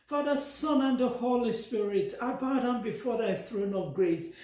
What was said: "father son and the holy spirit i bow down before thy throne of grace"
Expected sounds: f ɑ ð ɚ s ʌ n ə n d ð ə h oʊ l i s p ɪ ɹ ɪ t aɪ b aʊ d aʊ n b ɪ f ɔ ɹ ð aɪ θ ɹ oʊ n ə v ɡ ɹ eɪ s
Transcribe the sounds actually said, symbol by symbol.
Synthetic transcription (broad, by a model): f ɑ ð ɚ s ʌ n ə n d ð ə h oʊ l i s p ɪ ɹ ɪ t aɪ b aʊ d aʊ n b ɪ f ɔ ɹ ð aɪ θ ɹ oʊ n ə v ɡ ɹ eɪ s